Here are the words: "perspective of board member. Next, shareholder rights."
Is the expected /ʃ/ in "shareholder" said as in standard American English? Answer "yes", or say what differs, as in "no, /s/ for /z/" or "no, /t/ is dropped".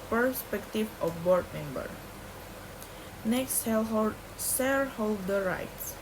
no, /s/ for /ʃ/